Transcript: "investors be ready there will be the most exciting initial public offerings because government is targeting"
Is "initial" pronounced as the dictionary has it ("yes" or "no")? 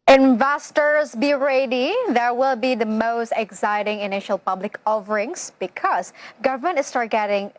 yes